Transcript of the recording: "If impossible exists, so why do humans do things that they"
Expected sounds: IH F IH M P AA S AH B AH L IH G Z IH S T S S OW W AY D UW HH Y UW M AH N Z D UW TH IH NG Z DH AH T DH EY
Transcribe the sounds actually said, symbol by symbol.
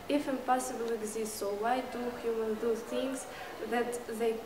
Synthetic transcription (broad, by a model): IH F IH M P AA S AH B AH L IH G Z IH S T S S OW W AY D UW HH Y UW M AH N D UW TH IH NG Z DH AH T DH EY